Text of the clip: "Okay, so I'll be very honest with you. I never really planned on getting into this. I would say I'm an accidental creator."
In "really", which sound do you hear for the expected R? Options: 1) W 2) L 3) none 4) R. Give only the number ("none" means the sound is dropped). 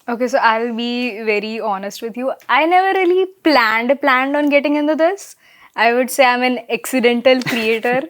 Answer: 2